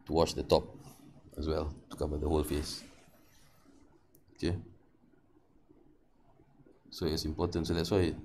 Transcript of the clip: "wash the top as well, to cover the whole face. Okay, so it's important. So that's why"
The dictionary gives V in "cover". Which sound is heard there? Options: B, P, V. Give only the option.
B